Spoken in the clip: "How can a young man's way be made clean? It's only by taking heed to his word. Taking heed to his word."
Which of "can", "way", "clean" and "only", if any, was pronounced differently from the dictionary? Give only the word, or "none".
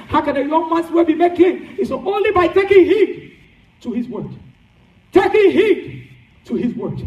clean